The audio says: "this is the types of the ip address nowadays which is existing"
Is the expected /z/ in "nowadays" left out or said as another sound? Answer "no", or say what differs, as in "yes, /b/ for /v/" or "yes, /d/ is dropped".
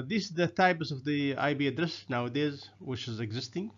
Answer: no